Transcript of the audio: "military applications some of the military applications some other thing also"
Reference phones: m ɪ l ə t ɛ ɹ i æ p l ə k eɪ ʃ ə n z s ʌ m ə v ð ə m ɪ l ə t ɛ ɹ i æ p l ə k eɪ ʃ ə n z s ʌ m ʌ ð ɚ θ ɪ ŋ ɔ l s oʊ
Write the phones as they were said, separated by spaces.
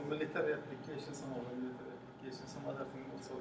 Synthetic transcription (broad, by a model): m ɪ l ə t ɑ ɹ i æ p l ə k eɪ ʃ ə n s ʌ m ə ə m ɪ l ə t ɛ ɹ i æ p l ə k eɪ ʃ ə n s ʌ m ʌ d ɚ t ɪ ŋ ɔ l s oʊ